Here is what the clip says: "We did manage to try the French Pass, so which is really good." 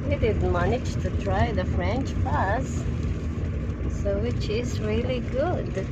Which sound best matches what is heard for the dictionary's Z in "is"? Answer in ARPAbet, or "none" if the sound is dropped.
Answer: Z